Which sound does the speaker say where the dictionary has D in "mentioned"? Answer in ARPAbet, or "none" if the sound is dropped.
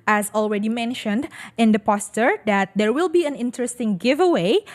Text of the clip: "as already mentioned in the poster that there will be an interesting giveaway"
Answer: D